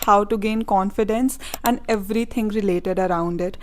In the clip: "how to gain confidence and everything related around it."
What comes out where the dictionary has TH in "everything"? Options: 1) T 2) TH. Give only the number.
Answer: 1